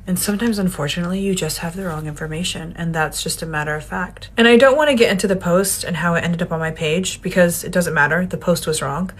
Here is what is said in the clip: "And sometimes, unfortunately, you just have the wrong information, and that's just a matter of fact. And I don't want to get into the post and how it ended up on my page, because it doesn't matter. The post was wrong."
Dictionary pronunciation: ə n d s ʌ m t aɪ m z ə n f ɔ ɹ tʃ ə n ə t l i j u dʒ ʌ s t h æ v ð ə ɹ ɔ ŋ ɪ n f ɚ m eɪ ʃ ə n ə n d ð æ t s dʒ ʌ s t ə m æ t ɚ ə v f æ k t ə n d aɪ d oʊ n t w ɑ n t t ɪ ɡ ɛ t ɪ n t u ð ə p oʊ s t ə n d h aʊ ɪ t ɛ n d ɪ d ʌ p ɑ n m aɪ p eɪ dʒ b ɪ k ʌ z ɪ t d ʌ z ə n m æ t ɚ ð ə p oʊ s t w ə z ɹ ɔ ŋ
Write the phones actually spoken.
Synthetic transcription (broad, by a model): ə n s ʌ m t aɪ m z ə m f ɔ ɹ tʃ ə n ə t l i j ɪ dʒ ʌ s t h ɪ v ð ə ɹ ɔ ŋ ɪ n f ɚ m eɪ ʃ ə n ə n ð æ t s dʒ ʌ s t ə m æ t ɚ ə v f æ k t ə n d aɪ d oʊ n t w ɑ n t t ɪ ɡ ɛ t ɪ n t u ð ə p oʊ s t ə n h aʊ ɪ t ɛ n d ɪ d ʌ p n m aɪ p eɪ dʒ b ɪ k ʌ z ɪ t d ʌ z ə n m æ t ɚ ð ə p oʊ s t w ə z ɹ ɔ ŋ